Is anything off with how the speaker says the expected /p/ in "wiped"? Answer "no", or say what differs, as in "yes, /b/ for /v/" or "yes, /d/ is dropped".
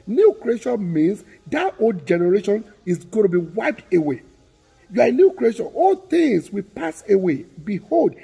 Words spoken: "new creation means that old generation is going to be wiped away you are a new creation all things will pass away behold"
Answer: no